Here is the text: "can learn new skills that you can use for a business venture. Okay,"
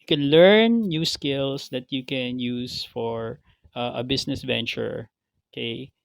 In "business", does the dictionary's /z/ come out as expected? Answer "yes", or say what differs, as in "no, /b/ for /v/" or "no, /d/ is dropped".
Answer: no, /s/ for /z/